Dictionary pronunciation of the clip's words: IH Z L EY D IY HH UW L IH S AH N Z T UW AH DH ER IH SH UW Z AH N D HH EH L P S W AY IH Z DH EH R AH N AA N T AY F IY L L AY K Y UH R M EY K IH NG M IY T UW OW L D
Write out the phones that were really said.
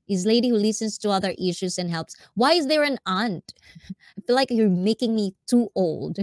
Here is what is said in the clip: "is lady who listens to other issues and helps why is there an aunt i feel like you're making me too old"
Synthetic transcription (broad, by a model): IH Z L EY D IY HH UW L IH S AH N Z T UW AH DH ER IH SH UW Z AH N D HH EH L P S W AY IH Z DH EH R AH N AA N T AY F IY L L AY K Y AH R M EY K IH NG M IY T UW OW L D